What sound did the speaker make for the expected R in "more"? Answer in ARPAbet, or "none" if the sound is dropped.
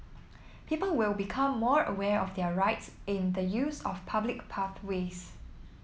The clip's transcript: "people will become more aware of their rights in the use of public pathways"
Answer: R